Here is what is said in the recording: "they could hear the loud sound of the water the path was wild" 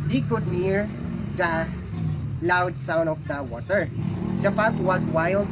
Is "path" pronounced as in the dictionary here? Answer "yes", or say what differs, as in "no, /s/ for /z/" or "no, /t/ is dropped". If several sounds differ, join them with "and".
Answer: no, /f/ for /p/ and /t/ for /θ/